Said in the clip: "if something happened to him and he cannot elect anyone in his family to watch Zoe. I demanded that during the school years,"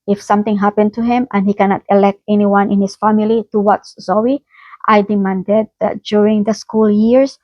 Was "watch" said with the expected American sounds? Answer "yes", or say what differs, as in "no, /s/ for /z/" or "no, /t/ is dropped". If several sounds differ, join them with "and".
no, /s/ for /tʃ/